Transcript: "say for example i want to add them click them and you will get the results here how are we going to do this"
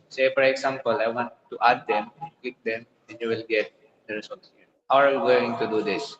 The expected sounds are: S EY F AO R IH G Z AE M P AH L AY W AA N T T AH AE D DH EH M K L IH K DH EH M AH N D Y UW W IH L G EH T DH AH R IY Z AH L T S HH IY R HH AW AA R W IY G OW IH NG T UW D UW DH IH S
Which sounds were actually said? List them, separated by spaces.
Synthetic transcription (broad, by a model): S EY F AO R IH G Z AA M P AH L AY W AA N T T AH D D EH M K IH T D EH M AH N Y UW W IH L G EH T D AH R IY S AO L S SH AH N HH AW AA R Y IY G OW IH NG T UW D UW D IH S